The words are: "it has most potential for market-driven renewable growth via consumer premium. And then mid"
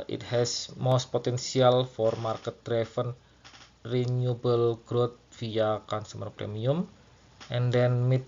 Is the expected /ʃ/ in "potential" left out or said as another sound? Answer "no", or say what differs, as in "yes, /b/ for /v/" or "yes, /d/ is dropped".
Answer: yes, /s/ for /ʃ/